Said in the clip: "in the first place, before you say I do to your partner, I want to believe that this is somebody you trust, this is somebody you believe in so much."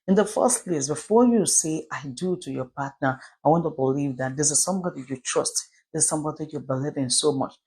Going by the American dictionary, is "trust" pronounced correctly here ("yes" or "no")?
yes